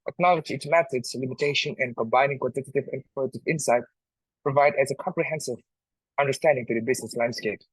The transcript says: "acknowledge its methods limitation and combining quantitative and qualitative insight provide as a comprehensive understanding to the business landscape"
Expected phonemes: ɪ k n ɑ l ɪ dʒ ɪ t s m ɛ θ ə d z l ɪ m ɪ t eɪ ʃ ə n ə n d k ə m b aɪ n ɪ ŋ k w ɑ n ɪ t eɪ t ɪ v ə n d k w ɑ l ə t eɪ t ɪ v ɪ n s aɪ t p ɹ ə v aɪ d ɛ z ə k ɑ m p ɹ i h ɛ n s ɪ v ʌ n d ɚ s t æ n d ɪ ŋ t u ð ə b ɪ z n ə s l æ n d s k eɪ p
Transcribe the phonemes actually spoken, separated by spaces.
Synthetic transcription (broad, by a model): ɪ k n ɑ l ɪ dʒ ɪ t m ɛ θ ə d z l ɪ m ɪ t eɪ ʃ ə n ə n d k ə m b aɪ n ɪ ŋ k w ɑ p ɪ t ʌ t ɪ v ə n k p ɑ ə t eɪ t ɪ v ɪ n s aɪ t p ɹ ə v aɪ d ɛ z ə k ɑ m p ɹ i h ɛ n s ɪ v ʌ n d ɚ s t æ n d ɪ ŋ t u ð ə b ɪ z n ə s l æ n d s k eɪ p